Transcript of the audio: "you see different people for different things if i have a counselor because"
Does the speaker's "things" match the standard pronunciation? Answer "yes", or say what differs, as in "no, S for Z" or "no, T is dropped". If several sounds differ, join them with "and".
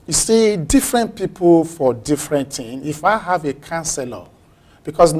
no, Z is dropped